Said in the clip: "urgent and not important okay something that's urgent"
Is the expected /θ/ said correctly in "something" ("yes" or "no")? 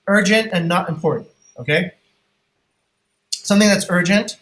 yes